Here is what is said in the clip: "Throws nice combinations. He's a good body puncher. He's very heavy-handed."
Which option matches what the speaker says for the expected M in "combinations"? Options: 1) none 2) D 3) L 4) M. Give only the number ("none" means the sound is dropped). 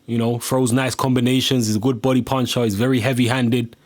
4